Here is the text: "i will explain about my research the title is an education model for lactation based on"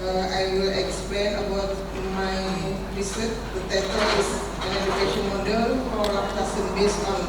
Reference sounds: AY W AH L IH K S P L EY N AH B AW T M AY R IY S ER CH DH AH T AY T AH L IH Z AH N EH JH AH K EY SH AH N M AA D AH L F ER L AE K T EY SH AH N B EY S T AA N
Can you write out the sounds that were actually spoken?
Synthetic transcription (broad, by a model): AY W AH L IH K S P L EY N AH B AW T M AY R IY S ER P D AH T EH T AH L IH S AH N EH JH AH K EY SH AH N M AA D AH L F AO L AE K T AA S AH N B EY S AA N